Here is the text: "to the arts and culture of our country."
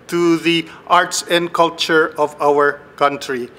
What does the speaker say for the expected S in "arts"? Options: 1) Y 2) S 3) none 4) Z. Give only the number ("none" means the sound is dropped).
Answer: 2